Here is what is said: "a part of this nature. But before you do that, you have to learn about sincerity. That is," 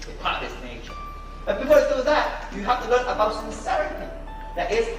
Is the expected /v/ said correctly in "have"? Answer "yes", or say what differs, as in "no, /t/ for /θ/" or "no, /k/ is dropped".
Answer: no, /f/ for /v/